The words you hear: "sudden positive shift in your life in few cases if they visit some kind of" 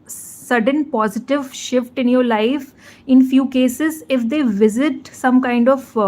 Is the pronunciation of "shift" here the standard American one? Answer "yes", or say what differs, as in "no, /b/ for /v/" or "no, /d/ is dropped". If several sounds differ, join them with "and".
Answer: yes